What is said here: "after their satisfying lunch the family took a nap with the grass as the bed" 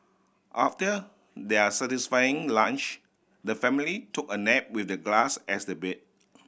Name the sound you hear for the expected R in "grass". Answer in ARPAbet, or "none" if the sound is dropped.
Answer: L